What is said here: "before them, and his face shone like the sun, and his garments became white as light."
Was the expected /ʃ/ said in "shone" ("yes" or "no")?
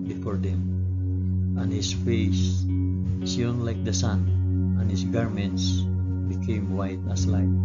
no